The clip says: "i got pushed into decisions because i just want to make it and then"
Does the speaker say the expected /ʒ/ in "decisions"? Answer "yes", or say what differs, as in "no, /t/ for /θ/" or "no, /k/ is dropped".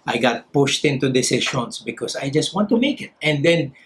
no, /ʃ/ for /ʒ/